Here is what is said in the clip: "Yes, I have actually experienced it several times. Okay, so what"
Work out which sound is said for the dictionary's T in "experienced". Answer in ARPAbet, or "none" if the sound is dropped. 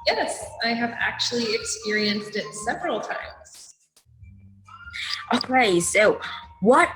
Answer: T